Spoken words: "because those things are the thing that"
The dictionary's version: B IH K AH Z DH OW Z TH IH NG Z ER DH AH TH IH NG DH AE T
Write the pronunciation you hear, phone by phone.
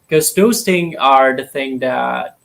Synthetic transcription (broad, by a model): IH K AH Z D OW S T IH NG ER DH AH TH IH NG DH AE T